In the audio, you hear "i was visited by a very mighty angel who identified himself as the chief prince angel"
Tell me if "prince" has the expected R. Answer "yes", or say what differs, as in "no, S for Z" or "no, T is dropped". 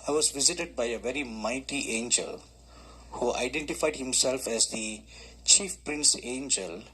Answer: yes